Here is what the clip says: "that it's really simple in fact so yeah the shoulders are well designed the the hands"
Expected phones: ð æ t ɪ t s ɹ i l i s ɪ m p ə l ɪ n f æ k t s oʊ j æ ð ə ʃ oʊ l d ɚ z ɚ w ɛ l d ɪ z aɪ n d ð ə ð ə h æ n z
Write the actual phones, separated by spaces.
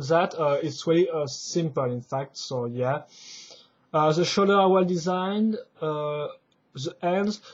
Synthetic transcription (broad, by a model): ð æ t ɪ t s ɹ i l i s ɪ m p ə l ɪ n f æ k t s oʊ j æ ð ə ʃ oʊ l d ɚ ɚ w ɛ l d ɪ z aɪ n d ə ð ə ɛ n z